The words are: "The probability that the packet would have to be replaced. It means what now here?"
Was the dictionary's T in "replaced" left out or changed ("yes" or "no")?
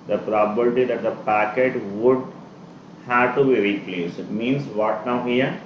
yes